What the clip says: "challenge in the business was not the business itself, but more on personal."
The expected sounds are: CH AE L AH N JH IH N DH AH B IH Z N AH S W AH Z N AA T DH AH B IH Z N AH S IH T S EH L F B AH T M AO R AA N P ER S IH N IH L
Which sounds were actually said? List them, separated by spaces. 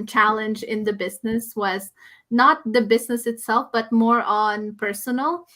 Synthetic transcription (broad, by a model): CH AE L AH N JH IH N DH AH B IH Z N AH S W AH Z N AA T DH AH B IH Z N AH S IH T S EH L F B AH T M AO R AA N P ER S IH N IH L